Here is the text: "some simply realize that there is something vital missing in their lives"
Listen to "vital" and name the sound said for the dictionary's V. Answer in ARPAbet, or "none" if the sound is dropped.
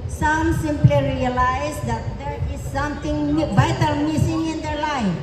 B